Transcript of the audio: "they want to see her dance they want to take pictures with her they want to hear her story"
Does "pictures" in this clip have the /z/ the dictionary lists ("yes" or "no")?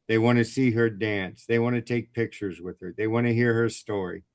yes